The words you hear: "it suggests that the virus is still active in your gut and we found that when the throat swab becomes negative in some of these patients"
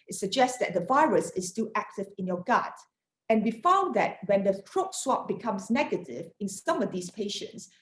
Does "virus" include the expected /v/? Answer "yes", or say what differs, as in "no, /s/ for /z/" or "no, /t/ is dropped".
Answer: yes